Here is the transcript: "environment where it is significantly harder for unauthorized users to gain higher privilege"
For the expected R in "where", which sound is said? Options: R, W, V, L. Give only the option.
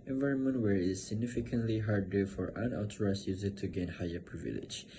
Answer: R